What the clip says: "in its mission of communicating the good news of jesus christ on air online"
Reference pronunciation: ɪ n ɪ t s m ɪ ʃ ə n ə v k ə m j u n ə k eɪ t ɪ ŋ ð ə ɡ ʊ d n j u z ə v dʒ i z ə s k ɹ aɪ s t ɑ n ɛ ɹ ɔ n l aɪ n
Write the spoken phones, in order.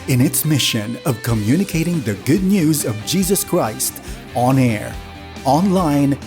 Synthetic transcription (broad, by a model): ɪ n ɪ t s m ɪ ʃ ə n ə v k ə m j u n ə k eɪ t ɪ ŋ ð ə ɡ ʊ d n j u z ə v dʒ i z ə s k ɹ aɪ s t ɑ n ɛ ɹ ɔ n l aɪ n